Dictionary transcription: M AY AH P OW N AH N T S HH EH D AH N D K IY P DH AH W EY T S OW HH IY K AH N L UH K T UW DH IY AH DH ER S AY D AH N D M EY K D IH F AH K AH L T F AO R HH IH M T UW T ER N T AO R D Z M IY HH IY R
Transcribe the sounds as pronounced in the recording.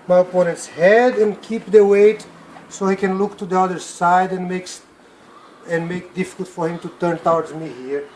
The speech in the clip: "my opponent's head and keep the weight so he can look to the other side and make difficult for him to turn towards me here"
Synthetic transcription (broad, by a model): M AY AH P OW N AH N T S HH EH D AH N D K IY P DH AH W EY T S OW HH IY K AH N L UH K T UW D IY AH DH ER S AY D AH N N M EY K D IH F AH K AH L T F AO R HH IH M T UW T ER N T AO W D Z M IY HH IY R